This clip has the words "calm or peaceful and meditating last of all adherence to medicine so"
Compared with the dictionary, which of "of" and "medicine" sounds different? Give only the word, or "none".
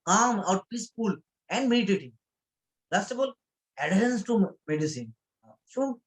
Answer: of